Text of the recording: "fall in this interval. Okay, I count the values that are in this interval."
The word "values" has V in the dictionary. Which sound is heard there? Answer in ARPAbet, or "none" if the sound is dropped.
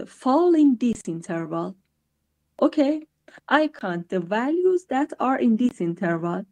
V